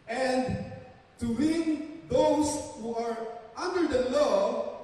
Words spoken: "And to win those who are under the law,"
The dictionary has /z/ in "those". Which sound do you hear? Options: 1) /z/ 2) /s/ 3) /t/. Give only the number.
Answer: 2